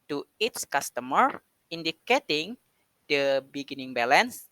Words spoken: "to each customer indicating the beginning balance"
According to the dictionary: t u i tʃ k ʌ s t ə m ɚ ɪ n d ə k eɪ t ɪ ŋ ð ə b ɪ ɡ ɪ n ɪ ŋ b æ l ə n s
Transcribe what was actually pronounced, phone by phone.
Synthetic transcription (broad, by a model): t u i s k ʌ s t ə m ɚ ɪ n d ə k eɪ t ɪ ŋ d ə b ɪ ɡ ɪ n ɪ ŋ b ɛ l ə n s